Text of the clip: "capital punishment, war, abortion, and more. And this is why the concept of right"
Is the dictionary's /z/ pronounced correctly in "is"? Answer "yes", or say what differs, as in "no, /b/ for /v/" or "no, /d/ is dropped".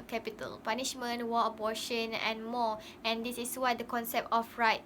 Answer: no, /s/ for /z/